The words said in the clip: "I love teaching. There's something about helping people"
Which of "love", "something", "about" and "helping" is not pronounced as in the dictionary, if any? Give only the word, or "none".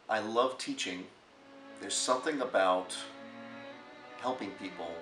none